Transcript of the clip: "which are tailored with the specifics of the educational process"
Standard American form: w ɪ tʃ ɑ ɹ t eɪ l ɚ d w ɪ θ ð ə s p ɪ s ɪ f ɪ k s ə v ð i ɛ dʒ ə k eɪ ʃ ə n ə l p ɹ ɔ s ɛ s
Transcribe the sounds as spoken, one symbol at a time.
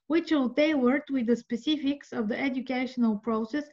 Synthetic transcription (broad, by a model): w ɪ tʃ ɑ l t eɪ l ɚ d w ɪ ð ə s p ɪ s ɪ f ɪ k s ə v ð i ɛ dʒ ə k eɪ ʃ ə n ə l p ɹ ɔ s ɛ s